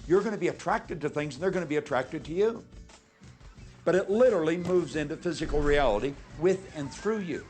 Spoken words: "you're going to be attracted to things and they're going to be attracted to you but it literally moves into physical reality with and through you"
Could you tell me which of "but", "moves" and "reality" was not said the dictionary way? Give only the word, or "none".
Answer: none